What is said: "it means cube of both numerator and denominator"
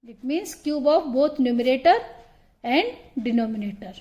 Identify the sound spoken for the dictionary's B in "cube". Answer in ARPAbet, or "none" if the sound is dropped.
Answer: B